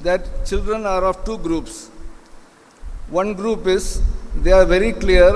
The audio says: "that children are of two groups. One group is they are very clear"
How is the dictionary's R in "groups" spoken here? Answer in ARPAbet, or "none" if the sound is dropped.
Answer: R